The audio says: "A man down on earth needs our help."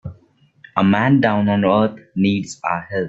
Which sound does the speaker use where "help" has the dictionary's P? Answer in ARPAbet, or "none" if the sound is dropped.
none